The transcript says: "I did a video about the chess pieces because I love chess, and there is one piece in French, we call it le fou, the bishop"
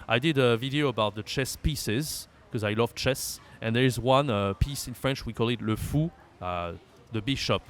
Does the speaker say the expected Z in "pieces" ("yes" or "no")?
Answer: yes